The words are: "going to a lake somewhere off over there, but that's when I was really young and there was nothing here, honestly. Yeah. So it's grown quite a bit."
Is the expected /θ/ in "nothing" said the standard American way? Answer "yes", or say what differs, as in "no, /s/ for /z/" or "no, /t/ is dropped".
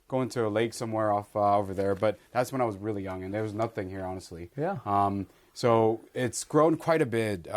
yes